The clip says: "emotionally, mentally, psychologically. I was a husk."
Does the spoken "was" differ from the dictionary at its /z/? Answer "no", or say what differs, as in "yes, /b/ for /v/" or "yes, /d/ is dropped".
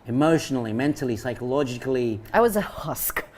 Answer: no